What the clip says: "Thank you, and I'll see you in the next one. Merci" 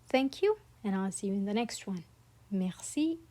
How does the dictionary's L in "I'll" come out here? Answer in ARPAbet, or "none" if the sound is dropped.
L